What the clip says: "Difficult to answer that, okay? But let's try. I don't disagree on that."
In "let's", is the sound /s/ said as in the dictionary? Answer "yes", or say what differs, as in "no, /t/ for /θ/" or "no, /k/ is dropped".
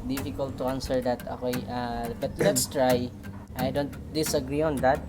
yes